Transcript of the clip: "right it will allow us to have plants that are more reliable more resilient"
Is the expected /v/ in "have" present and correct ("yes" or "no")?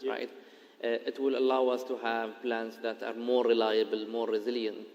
yes